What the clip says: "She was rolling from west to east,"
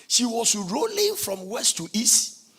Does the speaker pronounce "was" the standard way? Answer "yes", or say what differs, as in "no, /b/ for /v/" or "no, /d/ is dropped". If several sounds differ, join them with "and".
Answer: no, /s/ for /z/